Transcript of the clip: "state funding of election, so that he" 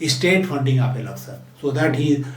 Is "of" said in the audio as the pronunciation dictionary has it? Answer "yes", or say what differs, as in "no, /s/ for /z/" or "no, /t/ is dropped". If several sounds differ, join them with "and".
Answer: no, /p/ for /v/